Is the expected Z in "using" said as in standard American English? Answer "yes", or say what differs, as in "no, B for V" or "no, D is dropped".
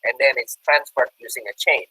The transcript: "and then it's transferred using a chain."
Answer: yes